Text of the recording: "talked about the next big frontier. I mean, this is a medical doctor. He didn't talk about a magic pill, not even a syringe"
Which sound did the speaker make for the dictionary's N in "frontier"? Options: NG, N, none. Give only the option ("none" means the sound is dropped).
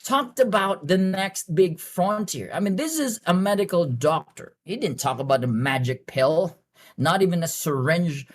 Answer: N